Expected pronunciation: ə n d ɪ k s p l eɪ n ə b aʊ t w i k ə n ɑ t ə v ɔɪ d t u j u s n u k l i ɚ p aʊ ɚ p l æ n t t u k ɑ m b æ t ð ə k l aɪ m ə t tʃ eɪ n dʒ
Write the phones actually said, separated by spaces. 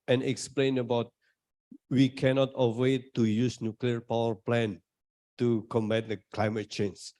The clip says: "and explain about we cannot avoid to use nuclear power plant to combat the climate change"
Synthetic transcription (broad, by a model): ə n ɪ k s p l eɪ n ə b aʊ t w i k ə n ɑ t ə ɛ t u j u s n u k l i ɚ p aʊ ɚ p l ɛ n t t u k ɑ m b æ t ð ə k l aɪ m ə t tʃ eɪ n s